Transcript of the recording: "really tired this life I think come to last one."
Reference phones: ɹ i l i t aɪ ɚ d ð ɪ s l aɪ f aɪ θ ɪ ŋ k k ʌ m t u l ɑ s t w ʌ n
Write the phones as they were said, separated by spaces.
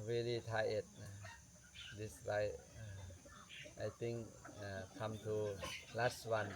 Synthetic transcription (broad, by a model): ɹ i l i t aɪ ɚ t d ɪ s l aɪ aɪ t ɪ ŋ k k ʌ m t u l ɑ s t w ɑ n